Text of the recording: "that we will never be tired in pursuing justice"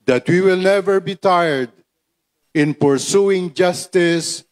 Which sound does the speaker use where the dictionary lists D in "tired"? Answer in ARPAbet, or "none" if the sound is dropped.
D